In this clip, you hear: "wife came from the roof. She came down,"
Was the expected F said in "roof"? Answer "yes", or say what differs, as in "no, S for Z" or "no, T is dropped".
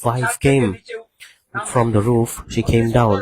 yes